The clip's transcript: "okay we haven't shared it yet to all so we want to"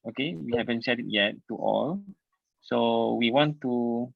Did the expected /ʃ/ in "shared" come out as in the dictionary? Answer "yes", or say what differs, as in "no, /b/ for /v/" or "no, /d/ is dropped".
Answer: no, /s/ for /ʃ/